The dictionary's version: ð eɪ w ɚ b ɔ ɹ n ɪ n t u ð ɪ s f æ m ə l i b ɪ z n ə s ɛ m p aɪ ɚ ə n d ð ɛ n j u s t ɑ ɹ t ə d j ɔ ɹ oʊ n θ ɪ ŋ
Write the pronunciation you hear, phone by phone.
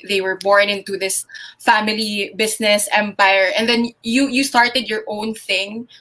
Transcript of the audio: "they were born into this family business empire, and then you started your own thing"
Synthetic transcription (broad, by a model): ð eɪ w ɚ b ɔ ɹ n ɪ n t u ð ɪ s f æ m ə l i b ɪ s n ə s ɛ m p aɪ ɚ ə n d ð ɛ n j u s t ɑ ɹ t ə d j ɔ ɹ oʊ n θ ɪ ŋ